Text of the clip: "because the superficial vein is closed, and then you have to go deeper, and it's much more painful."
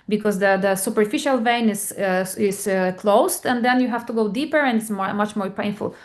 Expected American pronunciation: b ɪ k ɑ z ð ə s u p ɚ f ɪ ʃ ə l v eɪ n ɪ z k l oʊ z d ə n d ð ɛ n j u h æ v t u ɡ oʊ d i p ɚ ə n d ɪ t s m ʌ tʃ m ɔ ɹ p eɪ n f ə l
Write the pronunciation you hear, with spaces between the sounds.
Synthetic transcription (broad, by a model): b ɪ k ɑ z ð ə s u p ɚ f ɪ ʃ ə l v eɪ n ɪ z k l oʊ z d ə n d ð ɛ n j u h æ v t u ɡ oʊ d i p ɚ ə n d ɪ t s m ʌ tʃ m ɔ ɹ p eɪ n f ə l